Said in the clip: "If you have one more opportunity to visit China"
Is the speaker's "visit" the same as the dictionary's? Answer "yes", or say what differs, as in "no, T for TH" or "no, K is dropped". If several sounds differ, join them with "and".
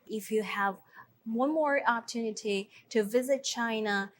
yes